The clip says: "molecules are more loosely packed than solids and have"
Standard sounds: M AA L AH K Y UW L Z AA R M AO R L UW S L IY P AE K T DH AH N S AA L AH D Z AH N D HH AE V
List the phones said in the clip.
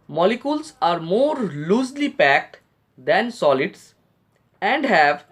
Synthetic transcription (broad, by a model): M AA L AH K Y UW L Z AA R M AO R L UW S L IY P AE K T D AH N S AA L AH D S AH N D HH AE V